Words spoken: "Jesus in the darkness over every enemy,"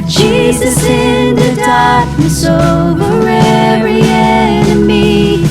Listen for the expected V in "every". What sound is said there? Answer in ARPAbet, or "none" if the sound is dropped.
none